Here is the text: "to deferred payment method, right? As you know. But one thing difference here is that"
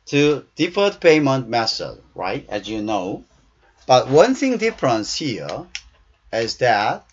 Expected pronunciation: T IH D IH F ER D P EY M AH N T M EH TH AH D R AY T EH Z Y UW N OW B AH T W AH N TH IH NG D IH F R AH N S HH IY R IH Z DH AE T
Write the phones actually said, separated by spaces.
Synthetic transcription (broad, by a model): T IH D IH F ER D P EY M AH N T M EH S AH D R AY T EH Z Y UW N OW B AH T W AH N TH IH NG D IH F R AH N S HH IY R IH Z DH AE T